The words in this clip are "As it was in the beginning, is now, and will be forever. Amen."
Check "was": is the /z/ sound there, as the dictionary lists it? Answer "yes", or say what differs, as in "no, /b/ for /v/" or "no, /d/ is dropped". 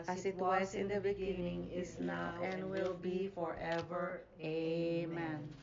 no, /s/ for /z/